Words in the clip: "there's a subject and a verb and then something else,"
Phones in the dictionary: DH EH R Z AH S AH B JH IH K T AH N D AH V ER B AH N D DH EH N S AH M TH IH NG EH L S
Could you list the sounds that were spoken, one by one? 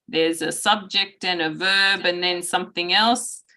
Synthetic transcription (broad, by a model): DH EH R Z AH S AH B JH IH K T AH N AH V ER B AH N DH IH N S AH M TH IH NG EH L S